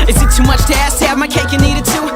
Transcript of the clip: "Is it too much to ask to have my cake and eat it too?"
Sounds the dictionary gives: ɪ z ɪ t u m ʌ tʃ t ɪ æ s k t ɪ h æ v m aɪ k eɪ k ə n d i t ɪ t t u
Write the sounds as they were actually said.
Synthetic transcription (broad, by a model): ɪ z ɪ t u m ʌ tʃ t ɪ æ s t ɪ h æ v m aɪ k eɪ k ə n i t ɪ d t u